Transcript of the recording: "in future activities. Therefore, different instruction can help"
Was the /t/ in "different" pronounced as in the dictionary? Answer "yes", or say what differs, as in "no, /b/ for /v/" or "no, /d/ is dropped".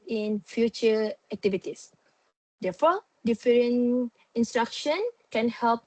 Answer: no, /t/ is dropped